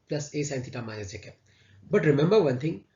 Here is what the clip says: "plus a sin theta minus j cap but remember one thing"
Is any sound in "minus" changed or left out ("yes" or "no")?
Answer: yes